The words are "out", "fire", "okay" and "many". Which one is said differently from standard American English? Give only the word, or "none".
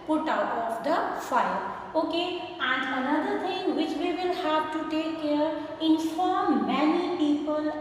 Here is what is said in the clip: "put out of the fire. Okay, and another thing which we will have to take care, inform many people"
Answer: fire